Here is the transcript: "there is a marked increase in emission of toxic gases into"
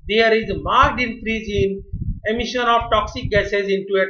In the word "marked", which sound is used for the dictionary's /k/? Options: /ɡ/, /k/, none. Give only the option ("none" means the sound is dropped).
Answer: none